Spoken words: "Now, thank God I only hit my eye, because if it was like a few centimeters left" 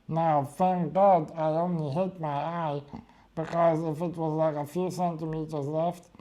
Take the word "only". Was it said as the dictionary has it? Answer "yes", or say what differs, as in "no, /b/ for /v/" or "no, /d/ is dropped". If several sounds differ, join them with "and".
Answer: no, /l/ is dropped